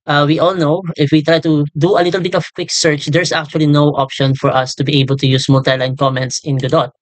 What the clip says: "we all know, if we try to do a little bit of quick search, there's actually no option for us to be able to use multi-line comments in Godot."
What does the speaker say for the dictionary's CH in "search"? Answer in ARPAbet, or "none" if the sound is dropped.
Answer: CH